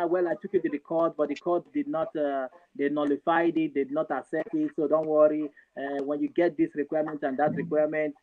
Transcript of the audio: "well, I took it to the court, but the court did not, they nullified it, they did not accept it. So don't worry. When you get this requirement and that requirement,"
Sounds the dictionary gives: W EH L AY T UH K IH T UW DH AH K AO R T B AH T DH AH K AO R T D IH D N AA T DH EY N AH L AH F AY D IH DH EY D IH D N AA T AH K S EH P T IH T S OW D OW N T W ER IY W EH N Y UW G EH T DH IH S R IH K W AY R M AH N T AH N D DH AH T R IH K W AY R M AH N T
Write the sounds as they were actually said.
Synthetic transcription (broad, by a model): W EH L AY T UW K IH T UW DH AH K AO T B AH T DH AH K AO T D IH D N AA T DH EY N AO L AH F AY D IH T D IH D N AA T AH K S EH T IH T S OW D OW N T W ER IY W EH N Y UW G EH T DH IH S R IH K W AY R M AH N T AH N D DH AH T R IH K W AY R M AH N T